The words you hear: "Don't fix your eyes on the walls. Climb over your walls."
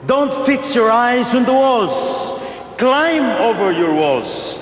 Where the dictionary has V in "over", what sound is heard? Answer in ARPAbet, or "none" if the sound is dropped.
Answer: V